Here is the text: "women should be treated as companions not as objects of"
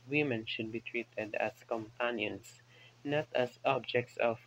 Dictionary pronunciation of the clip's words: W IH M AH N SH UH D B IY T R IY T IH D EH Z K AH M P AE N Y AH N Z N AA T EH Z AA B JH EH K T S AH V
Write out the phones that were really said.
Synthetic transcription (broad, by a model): W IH M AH N SH UH D B IY T R IY T IH D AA S K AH M P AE N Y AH N S N AA T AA S AA B JH EH K T S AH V